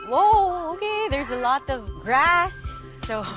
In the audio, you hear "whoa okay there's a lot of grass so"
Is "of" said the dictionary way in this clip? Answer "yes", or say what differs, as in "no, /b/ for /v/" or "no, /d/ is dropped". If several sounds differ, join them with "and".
yes